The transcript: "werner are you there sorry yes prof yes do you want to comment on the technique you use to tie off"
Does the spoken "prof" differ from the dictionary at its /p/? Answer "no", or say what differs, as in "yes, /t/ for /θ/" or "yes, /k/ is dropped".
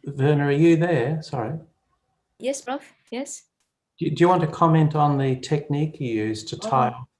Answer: yes, /b/ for /p/